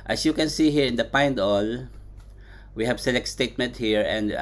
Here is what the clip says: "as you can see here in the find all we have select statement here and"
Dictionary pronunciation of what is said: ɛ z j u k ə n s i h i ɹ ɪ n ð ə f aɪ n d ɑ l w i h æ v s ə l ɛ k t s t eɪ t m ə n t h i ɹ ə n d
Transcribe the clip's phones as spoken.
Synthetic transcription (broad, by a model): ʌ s j u k ə n s i h i ɹ ɪ n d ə p aɪ n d ɑ l w i h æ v s ə l ɛ k t s t eɪ t m ə n t h i ɹ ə n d